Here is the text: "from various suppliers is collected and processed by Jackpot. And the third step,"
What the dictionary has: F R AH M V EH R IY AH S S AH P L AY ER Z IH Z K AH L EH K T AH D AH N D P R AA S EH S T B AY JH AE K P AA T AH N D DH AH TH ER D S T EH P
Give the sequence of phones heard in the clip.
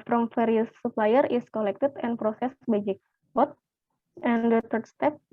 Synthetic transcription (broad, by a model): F R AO M F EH R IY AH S S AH P L AY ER IH S K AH L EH K T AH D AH N P R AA S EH S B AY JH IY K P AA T AH N D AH T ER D S T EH P